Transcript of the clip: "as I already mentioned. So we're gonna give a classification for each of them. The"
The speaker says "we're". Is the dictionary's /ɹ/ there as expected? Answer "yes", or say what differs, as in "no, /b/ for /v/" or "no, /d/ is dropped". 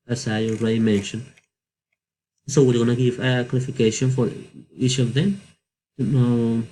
no, /l/ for /ɹ/